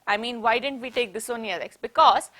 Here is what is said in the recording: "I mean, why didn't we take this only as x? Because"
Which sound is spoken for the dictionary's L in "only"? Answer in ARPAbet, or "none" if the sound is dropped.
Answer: none